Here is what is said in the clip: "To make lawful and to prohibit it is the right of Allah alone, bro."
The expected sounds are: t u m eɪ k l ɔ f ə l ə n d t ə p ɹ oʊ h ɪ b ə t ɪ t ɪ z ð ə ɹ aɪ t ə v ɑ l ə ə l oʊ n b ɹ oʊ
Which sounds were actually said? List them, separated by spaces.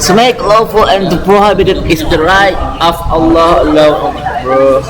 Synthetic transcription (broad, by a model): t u m eɪ k l ɔ f ə l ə n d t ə p ɹ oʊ h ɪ b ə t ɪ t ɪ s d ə ɹ aɪ t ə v ɑ l ə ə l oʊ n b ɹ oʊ